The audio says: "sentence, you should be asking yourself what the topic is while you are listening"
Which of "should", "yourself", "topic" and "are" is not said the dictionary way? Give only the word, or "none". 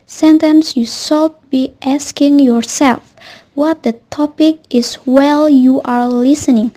should